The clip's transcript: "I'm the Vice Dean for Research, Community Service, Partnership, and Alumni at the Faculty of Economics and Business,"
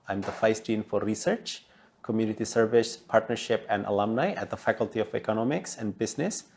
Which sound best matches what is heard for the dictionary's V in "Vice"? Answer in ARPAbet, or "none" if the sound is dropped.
F